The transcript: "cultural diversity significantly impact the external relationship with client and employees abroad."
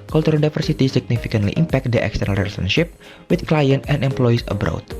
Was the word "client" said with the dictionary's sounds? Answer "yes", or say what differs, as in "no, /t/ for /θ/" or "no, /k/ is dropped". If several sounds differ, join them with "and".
yes